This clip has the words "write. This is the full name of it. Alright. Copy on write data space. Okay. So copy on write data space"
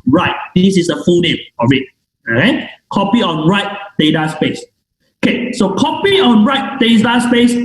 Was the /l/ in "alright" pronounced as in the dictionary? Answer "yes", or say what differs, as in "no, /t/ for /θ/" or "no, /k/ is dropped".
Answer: no, /l/ is dropped